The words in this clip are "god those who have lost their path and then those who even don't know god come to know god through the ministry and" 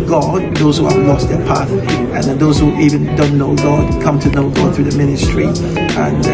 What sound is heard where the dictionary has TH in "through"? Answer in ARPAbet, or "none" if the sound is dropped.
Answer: TH